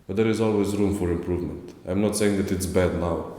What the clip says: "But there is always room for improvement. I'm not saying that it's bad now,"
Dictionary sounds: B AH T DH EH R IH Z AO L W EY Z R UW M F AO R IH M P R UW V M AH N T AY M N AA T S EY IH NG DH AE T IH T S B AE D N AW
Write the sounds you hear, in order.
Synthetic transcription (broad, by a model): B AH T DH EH R IH Z AO L W EY Z R UW M F AO R IH M P R UW V M AH N T AY M N AA T S EY IH NG DH AE T IH T S B AE D N AW